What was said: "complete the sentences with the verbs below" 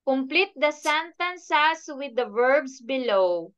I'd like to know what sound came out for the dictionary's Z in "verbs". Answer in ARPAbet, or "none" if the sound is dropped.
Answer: S